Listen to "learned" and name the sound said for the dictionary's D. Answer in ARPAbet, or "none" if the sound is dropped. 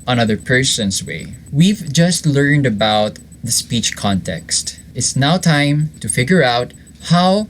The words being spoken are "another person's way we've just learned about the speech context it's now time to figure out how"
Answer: D